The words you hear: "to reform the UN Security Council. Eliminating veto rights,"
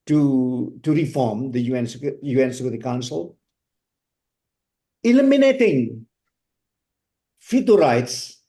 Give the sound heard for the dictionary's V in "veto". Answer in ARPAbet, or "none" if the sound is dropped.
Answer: F